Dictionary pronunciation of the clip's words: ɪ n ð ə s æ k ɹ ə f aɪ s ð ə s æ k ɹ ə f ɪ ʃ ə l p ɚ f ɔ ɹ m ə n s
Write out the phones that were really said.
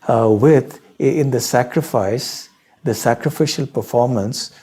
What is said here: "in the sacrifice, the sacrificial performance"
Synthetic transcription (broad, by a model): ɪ n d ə s æ k ɹ ə f aɪ s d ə s æ k ɹ ə f ɪ ʃ ə l p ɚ f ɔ ɹ m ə n s